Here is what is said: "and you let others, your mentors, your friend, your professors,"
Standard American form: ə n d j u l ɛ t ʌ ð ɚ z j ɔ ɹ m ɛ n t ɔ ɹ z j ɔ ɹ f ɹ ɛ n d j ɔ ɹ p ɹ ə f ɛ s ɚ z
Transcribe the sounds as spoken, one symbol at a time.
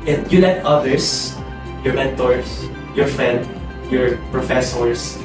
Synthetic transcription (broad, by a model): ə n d j u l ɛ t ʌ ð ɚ s j ɔ ɹ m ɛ n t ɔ ɹ s j ɔ ɹ f ɹ ɛ n d j ɔ ɹ p ɹ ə f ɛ s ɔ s